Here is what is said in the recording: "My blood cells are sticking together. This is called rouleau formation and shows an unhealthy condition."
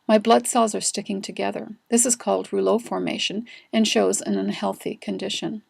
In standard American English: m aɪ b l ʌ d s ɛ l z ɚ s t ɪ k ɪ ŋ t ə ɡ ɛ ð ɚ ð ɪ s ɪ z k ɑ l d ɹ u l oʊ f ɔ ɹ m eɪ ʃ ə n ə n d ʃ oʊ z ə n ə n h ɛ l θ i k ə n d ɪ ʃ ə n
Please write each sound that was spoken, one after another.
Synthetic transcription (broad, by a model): m aɪ b l ʌ d s ɛ l z ɚ s t ɪ k ɪ ŋ t ə ɡ ɛ ð ɚ ð ɪ s ɪ z k ɑ l d ɹ u l oʊ f ɔ ɹ m eɪ ʃ ə n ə n ʃ oʊ z ə n ə n h ɛ l θ i k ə n d ɪ ʃ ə n